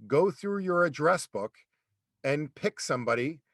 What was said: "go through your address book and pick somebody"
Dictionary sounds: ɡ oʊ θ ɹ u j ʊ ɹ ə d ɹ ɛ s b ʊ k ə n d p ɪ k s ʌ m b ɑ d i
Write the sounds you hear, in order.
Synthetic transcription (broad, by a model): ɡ oʊ θ ɹ u j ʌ ɹ ə d ɹ ɛ s b ʊ k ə n p ɪ k s ʌ m b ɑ d i